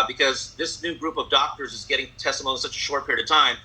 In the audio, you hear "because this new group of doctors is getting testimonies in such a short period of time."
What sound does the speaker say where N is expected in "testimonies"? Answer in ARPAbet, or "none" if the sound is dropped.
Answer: none